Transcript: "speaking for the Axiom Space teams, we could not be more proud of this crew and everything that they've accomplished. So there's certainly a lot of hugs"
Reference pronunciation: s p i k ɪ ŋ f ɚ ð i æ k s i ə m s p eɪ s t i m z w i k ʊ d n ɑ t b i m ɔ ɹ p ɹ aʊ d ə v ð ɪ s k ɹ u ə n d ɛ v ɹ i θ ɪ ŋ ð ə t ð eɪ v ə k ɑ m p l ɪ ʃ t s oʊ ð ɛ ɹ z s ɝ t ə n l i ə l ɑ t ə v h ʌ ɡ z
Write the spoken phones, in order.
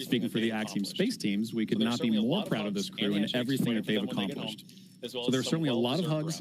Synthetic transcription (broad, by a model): s p i k ɪ ŋ f ɚ ð i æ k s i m s p eɪ s t i m z w i k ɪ d n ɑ t b i m ɔ ɹ p ɹ aʊ d ə v ð ɪ s k ɹ u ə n ɛ v ɹ i θ ɪ ŋ ð ə t ð eɪ v ə k ɑ m p l ɪ ʃ t s oʊ ð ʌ ɹ s ɝ t n l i ə l ɑ t ə v h ʌ ɡ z